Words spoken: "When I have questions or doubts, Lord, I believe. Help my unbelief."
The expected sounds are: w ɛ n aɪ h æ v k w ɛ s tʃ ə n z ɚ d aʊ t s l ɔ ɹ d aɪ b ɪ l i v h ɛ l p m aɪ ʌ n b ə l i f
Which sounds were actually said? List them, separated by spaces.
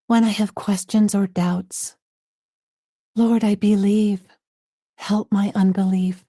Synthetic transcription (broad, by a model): w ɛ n aɪ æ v k w ɛ s tʃ ə n z ɚ d aʊ t s l ɔ ɹ d aɪ b ɪ l i v h ɛ l p m aɪ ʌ n b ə l i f